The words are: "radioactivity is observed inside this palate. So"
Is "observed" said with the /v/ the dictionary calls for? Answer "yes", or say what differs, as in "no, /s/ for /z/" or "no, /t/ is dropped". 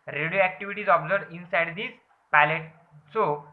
no, /v/ is dropped